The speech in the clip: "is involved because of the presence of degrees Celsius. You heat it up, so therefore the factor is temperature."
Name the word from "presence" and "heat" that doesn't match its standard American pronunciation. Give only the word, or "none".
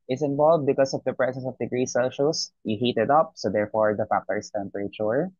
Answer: presence